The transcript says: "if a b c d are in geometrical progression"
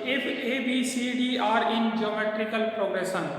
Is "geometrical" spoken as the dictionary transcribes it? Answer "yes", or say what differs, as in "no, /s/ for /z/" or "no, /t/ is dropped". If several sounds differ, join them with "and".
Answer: yes